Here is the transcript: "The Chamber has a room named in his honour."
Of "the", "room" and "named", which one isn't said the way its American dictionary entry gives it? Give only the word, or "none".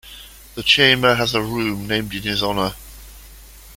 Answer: none